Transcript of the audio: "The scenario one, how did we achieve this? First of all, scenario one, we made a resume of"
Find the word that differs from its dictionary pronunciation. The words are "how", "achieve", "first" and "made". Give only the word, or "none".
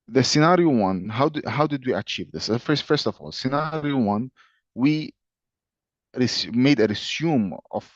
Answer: none